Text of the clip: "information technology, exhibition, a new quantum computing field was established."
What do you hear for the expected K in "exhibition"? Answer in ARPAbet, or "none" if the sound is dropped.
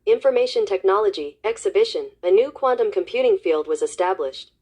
K